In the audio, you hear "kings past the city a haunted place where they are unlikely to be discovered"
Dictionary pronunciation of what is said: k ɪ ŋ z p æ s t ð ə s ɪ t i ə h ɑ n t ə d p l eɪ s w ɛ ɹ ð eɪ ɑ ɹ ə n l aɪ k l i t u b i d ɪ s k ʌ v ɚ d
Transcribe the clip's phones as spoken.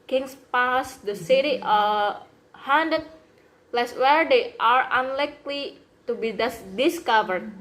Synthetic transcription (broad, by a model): k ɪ ŋ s p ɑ s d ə s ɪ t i ə h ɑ n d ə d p l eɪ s w ɛ ɹ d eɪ ɑ ɹ ə n l aɪ k l i t u b i d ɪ s k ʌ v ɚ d